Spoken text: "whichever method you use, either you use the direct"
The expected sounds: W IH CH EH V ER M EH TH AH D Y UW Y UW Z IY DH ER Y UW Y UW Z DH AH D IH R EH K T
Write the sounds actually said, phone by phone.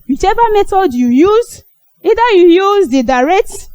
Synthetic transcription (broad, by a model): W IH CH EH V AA M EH T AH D Y UW Y UW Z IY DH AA Y UW Y UW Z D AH D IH R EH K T